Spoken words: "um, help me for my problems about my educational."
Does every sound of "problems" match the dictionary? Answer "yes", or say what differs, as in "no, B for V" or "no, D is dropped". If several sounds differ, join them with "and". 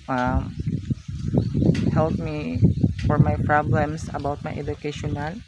no, S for Z